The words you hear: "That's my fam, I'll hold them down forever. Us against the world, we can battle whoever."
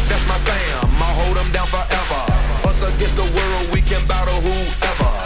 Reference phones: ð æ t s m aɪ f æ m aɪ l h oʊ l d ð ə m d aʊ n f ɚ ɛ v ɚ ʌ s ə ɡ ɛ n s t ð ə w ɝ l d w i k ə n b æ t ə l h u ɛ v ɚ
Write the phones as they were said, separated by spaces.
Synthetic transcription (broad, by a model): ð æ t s m aɪ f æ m aɪ h oʊ l d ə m d aʊ n f ɚ ɛ v ɚ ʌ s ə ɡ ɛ s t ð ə w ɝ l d w i k ə n b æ t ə h u ɛ v ɚ